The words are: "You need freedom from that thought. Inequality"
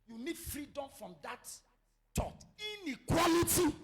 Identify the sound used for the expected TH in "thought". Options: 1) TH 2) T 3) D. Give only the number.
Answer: 2